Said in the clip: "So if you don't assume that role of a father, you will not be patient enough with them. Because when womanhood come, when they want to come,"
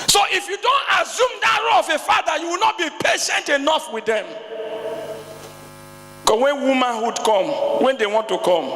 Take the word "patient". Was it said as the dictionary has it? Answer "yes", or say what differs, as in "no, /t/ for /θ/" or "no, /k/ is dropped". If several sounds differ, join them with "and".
yes